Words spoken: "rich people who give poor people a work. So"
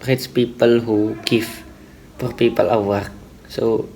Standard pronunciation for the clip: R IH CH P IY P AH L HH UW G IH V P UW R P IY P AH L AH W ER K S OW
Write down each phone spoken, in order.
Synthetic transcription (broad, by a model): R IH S P IY P AH L HH UW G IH F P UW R P IY P AH L AH W ER K S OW